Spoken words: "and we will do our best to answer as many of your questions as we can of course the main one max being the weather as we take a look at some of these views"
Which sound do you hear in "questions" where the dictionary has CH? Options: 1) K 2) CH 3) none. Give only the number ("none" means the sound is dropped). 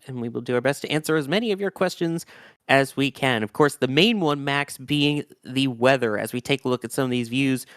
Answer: 2